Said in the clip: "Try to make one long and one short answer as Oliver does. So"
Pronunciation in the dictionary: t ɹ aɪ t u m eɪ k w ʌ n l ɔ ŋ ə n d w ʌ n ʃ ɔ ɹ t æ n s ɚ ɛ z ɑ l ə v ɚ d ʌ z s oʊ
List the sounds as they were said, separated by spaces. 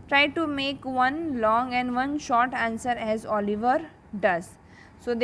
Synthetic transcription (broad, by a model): t ɹ aɪ t u m eɪ k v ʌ n l ɔ ŋ ə n d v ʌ n ʃ ɔ ɹ t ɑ n s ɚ ɛ z ɑ l ə v ɚ d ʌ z s oʊ